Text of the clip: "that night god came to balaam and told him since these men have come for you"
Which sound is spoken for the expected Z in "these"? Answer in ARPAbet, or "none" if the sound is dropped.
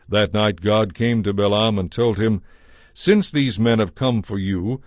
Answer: Z